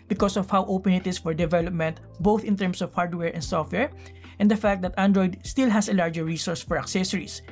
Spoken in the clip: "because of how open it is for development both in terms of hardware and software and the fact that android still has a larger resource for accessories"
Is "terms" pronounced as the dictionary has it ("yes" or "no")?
no